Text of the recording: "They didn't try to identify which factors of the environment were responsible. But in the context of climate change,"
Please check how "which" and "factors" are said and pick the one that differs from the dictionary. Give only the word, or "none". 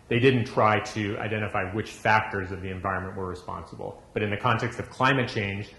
none